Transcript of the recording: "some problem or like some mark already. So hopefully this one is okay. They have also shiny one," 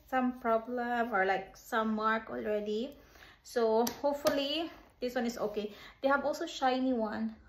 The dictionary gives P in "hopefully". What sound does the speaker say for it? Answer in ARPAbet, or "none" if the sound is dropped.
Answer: P